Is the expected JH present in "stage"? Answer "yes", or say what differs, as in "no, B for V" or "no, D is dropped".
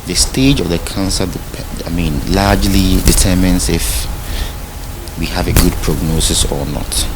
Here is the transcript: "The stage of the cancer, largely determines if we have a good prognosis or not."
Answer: yes